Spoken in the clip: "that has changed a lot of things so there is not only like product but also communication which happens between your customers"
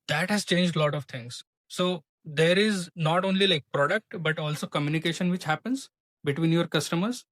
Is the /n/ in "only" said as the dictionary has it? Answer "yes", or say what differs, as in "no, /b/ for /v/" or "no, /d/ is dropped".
yes